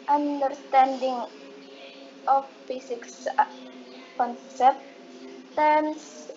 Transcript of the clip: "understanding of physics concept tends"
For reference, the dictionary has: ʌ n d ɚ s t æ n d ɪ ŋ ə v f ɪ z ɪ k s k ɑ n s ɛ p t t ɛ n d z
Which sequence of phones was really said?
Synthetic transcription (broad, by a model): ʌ n d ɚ s t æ n d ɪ ŋ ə f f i s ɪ k s k ɑ n s ɛ p t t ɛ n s